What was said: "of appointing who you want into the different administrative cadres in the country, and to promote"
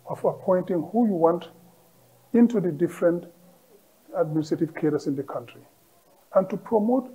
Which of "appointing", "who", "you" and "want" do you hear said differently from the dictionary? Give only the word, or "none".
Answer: none